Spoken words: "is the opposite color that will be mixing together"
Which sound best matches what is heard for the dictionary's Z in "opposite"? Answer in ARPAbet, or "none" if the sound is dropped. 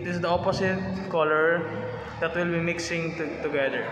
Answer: S